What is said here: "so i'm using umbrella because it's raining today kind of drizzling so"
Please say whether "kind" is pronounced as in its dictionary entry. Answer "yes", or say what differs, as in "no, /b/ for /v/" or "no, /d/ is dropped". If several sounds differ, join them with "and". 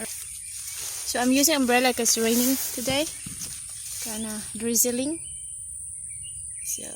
no, /d/ is dropped